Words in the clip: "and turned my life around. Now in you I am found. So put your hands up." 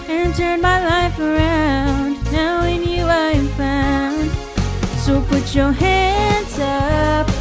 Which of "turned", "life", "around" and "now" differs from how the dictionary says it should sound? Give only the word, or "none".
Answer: turned